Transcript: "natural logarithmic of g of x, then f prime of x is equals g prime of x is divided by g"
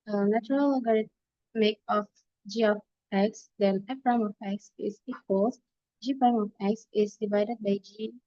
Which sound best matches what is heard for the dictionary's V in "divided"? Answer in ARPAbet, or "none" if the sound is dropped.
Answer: V